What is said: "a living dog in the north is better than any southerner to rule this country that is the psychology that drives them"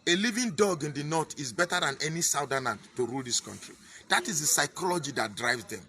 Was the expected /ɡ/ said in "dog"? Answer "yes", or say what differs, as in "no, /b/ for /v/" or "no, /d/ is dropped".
yes